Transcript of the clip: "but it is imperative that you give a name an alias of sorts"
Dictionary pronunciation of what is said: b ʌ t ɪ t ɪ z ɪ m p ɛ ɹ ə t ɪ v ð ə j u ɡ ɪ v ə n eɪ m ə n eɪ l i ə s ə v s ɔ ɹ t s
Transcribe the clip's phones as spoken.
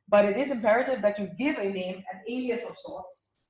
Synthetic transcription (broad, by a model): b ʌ t ɪ t ɪ z ɪ m p ɛ ɹ ə t ɪ v ð ə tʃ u ɡ ɪ v ə n eɪ m ə n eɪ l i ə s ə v s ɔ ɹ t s